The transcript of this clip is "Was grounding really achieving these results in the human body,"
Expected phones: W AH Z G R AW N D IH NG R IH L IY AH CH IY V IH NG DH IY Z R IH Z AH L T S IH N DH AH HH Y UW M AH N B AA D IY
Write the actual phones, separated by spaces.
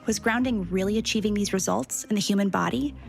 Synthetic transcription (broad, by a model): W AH Z G R AW N D IH NG R IH L IY AH CH IY V IH NG DH IY Z R IH Z AH L T S IH N DH AH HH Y UW M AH N B AA D IY